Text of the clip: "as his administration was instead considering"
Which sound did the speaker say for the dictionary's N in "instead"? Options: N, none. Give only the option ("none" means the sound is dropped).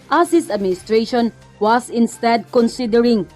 N